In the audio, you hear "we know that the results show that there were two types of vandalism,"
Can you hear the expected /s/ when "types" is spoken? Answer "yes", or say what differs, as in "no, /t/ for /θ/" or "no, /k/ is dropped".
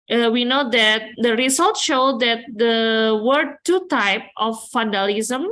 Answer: no, /s/ is dropped